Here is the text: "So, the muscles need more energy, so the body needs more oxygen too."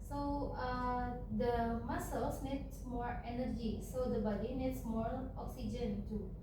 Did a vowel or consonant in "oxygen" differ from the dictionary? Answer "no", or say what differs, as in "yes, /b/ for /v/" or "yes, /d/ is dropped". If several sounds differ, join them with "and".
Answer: no